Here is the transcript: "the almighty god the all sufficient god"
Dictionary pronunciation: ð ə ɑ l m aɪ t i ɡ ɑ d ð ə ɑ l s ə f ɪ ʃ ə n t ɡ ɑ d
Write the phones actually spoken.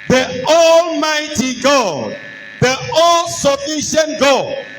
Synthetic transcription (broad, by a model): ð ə ɑ l m aɪ t i ɡ ɑ d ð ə ɑ l s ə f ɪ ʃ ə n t ɡ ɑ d